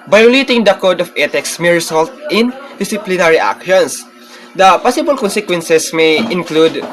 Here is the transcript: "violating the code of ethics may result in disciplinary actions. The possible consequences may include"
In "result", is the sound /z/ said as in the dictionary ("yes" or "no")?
no